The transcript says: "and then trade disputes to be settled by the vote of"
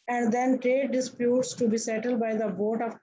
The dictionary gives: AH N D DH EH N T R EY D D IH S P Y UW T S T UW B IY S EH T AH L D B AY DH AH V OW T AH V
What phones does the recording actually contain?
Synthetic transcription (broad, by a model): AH N D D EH N T R EY D D IH S P Y UW T S T UW B IY S EH T AH L D B AY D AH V OW T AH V